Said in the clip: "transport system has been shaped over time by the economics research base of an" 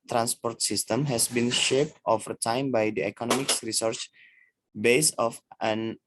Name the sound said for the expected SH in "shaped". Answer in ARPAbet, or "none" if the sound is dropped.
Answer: SH